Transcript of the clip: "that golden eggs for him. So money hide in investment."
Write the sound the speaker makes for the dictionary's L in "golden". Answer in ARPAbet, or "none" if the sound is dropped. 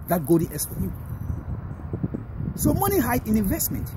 none